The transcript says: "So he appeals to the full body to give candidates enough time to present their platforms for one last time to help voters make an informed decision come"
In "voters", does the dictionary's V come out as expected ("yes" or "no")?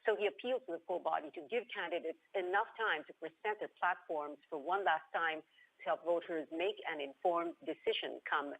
yes